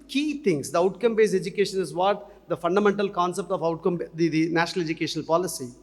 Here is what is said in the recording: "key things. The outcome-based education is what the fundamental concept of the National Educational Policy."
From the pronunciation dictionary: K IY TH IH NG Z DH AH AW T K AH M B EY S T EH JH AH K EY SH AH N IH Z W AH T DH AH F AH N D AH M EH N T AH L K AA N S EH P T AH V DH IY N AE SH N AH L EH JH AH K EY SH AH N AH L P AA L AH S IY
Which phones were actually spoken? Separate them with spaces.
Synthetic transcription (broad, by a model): K IY T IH NG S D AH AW T K AH M B EY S EH JH AH K EY SH AH N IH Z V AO T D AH F AH N D AH M EH N T AH L K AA N S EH P T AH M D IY N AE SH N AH L EH JH AH K EY SH AH N AH L P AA L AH S IY